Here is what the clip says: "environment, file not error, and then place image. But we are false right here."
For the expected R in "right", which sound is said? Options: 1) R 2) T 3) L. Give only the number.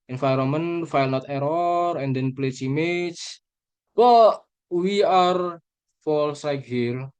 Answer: 3